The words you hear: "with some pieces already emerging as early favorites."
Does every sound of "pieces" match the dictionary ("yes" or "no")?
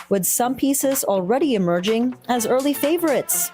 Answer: yes